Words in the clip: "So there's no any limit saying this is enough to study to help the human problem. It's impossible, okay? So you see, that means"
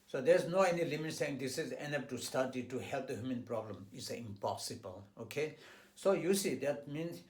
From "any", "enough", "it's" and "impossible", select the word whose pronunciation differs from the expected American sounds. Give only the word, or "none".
enough